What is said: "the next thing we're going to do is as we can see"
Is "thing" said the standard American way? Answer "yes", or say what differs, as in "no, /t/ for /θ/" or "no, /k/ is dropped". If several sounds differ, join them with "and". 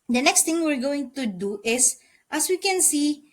no, /t/ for /θ/